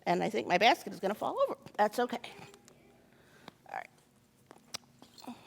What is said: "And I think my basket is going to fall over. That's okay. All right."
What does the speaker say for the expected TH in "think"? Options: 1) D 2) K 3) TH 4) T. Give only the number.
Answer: 3